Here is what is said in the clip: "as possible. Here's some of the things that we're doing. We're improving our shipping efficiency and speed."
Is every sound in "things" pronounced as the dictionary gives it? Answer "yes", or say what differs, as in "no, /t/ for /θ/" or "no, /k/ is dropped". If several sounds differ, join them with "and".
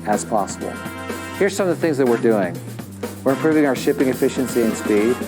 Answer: yes